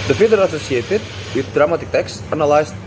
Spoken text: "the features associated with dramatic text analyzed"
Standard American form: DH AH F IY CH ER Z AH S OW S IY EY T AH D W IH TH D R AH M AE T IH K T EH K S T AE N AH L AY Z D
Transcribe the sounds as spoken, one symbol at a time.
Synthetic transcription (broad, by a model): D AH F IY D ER AH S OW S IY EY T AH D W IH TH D R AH M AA T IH K T EH K S T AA N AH L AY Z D